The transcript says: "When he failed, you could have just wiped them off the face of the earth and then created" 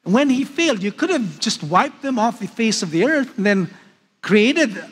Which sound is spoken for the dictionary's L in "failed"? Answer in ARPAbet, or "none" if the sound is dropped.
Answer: L